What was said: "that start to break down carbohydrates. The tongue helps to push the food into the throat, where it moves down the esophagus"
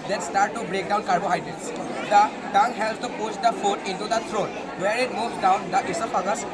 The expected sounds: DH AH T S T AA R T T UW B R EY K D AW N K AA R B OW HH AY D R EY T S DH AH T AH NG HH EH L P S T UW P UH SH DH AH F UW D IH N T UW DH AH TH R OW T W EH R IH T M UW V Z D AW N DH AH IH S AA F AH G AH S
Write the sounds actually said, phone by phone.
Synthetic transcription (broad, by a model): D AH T S T AA R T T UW B R EY K D AW N K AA R B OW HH AY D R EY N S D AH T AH NG HH EH L P S T UW P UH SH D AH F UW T IH N T UW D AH T R OW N W EH R IH T M UW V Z D AW N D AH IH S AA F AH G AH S